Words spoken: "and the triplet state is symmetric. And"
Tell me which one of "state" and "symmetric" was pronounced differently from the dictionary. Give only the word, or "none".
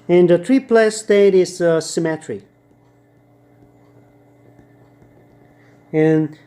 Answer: symmetric